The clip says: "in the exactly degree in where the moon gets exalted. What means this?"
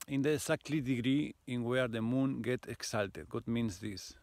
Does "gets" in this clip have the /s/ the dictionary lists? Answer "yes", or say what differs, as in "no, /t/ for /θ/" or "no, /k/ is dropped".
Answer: no, /s/ is dropped